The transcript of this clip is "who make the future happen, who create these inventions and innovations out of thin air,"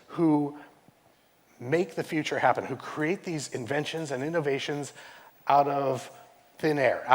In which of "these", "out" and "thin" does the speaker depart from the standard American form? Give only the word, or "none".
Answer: none